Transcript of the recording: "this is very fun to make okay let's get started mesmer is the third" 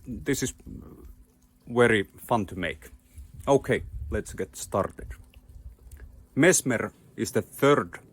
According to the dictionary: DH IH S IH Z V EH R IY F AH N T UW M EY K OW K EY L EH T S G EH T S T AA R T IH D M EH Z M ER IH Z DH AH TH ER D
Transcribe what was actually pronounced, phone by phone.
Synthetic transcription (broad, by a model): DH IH S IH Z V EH R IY F AH N T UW M EY K OW K EY L EH T S G EH T S T AA R T IH D M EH S M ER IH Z DH AH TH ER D